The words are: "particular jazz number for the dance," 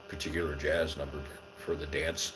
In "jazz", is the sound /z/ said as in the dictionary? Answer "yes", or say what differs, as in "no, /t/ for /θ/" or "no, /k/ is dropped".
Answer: yes